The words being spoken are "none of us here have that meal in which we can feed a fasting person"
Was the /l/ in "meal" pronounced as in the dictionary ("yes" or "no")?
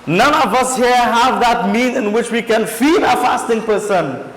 no